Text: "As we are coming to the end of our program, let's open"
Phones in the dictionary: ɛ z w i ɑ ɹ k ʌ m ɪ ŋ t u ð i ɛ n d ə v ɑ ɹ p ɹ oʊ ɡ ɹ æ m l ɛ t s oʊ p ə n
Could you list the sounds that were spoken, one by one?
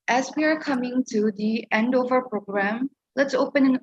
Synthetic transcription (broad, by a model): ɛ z w i ɑ ɹ k ʌ m ɪ ŋ t u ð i ɛ n d ə v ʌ ɹ p ɹ oʊ ɡ ɹ æ m l ɛ t s oʊ p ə n